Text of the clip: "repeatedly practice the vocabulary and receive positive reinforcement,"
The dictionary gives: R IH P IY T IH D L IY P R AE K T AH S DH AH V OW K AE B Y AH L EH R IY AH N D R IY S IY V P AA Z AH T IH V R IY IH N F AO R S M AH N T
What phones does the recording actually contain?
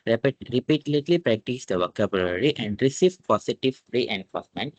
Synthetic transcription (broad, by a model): R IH P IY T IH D L IY P R AE K T AH S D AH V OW K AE B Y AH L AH R IY AH N D R IY S IY V P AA S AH T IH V R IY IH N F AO R S M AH N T